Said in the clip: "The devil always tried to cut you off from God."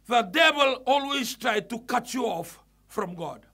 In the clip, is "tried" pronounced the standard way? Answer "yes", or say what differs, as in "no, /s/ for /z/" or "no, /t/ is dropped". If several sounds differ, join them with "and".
yes